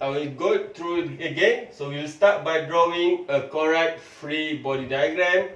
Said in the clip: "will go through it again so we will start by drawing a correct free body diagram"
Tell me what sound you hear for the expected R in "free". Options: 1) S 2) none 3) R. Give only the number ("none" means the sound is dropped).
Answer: 3